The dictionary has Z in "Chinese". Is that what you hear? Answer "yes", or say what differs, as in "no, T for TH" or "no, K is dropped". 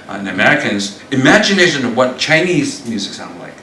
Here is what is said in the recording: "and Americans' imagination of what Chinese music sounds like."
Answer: yes